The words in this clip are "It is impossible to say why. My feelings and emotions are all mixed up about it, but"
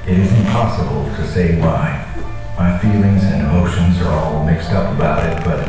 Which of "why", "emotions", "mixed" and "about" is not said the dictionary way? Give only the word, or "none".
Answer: none